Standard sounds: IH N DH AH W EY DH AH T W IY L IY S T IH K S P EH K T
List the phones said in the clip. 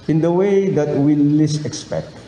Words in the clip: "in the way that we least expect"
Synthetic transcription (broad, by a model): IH N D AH W EY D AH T W IY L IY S IH K S P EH K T